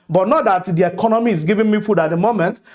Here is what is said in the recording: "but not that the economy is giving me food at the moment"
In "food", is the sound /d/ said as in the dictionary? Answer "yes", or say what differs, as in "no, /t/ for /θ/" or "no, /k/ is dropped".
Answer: yes